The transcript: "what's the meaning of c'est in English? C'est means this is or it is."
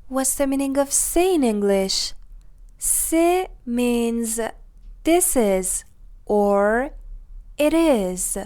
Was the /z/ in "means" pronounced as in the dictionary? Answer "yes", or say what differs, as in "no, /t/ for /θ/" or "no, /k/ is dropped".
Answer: yes